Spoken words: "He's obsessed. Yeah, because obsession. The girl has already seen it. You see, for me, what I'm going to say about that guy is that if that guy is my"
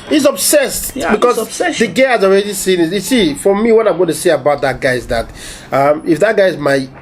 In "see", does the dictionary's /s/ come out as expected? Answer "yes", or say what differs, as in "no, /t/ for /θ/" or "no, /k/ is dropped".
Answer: yes